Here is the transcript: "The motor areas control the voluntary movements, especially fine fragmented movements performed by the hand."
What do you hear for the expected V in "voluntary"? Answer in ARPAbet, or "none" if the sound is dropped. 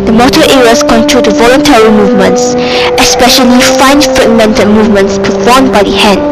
V